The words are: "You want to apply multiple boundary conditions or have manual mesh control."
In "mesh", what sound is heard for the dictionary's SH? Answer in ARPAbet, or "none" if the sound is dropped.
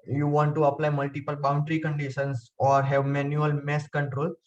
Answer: S